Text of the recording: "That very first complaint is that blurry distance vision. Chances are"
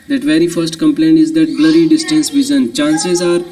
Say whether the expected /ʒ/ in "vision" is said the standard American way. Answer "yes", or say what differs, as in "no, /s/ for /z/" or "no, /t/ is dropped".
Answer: no, /z/ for /ʒ/